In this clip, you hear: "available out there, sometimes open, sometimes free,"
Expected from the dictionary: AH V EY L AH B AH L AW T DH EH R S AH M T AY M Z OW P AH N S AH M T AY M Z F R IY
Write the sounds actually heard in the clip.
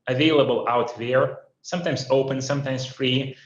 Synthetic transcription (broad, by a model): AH V EY L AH B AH L AW T DH EH R S AH M T AY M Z OW P AH N S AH M T AY M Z F R IY